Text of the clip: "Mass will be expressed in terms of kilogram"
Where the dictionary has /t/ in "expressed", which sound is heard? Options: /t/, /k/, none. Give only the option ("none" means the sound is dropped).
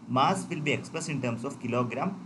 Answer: none